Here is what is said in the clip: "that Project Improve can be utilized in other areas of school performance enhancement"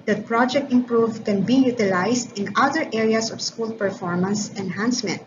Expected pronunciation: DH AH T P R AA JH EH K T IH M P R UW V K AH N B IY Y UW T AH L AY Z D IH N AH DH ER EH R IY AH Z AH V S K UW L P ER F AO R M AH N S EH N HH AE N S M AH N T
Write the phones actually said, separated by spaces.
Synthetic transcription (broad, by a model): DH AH T P R AA JH EH K T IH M P R UW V K AH N B IY Y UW T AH L AY S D IH N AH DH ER EH R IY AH S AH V S K UW L P ER F AO R M AH N S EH N HH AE N S M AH N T